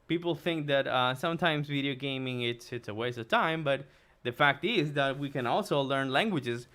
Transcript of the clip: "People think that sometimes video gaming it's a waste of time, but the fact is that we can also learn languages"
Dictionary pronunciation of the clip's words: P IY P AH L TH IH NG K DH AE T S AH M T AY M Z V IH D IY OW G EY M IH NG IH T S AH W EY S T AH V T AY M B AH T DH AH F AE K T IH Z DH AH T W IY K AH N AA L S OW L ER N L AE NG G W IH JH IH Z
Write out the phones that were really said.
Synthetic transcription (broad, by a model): P IY P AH L TH IH NG K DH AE T S AH M T AY M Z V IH D IY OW G EY M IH NG IH T S AH W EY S AH V T AY M B AH T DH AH F AE K T IH Z DH AH T W IY K AH N AA L S OW L ER N L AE NG G W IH JH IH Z